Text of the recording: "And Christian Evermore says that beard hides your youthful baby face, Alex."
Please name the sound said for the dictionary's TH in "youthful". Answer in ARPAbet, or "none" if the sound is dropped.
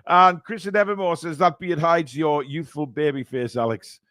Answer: TH